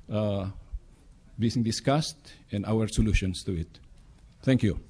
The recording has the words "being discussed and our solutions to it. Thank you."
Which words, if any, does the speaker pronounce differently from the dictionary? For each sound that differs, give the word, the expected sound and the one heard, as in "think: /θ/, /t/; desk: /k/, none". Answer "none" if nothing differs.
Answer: solutions: /z/, /s/